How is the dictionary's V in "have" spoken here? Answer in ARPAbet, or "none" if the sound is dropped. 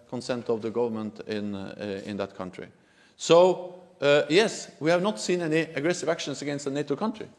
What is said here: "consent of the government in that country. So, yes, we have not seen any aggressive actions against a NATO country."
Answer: V